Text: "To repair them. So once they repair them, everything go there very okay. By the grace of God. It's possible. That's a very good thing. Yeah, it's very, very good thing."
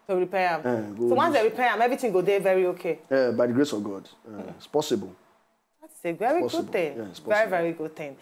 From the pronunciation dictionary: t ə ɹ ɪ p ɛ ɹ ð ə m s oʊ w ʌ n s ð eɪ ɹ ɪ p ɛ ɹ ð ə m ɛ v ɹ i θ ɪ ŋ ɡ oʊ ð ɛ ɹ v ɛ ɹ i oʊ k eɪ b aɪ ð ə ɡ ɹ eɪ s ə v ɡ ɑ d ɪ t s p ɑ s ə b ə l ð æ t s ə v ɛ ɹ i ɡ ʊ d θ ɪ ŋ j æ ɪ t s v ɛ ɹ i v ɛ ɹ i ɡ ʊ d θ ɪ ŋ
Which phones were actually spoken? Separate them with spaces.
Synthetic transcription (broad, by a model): t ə ɹ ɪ p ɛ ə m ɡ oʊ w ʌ n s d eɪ ɹ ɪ p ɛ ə m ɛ v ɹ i t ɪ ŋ ɡ oʊ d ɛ v ɛ ɹ i oʊ k eɪ b aɪ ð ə ɡ ɹ eɪ s ə v ɡ ɑ d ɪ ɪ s p ɑ s ə b ə l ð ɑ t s ə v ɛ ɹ i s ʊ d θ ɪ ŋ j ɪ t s v ɛ ɹ i v ɛ ɹ i ɡ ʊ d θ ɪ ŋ